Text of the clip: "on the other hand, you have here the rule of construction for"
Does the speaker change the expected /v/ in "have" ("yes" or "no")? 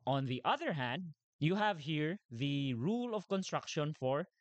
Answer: no